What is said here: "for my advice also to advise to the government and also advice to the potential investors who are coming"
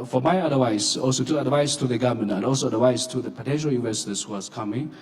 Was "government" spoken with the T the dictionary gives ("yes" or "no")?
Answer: no